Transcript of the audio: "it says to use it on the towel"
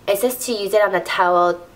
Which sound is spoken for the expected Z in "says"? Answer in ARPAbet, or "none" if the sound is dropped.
S